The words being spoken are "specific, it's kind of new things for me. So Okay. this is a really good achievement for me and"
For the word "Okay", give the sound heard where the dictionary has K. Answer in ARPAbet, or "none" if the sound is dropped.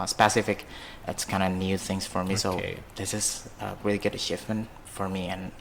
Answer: none